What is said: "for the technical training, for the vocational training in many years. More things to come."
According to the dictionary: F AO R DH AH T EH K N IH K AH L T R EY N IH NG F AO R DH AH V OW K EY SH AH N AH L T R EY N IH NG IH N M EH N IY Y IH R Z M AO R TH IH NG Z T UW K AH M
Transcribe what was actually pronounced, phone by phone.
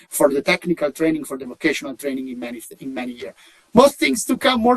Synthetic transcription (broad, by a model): F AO R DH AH T EH K N IH K AH L T R EY N IH NG F AO R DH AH V OW K EY SH AH N AH L T R EY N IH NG IH N M EH N IY Y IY R M AO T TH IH NG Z T UW K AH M